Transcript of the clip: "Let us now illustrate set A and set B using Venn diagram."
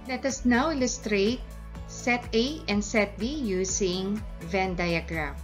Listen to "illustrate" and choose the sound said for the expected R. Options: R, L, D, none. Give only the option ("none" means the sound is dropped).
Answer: R